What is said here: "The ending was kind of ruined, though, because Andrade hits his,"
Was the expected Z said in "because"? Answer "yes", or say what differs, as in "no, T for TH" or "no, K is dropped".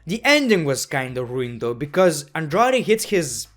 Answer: yes